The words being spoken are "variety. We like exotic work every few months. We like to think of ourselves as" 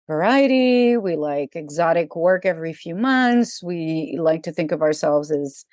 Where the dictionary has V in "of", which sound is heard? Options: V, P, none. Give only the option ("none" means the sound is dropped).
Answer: V